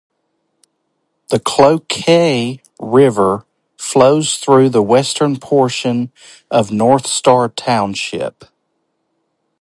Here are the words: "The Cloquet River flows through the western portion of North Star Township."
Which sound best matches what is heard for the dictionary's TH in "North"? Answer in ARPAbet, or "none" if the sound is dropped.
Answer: TH